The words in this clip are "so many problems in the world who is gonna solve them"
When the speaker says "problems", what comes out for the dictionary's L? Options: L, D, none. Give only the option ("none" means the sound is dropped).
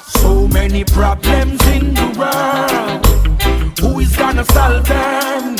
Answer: L